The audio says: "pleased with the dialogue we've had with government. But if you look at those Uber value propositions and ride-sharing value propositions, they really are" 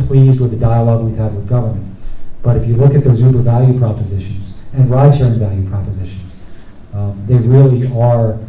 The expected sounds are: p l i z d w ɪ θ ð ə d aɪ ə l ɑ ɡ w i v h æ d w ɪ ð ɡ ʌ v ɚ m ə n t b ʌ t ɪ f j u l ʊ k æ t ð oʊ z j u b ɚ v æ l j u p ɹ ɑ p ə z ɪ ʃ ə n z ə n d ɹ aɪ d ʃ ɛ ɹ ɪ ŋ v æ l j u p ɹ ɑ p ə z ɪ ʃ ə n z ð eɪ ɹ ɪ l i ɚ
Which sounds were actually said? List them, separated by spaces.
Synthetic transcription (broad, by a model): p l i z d w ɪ ð ə d aɪ ə l ɑ ɡ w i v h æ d w ɪ ð ɡ ʌ v ɚ m ə n t b ʌ t ɪ f j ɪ l ʊ k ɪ t ð oʊ z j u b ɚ v æ l j u p ɹ ɑ p ə z ɪ ʃ ə n z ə n ɹ aɪ d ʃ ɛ ɹ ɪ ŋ v æ l j u p ɹ ɑ p ə z ɪ ʃ ə n z ð eɪ ɹ ɪ l i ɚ